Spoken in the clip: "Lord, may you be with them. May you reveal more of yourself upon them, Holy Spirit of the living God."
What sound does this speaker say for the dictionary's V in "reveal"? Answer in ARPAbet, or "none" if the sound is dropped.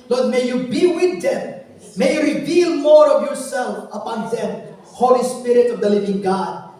V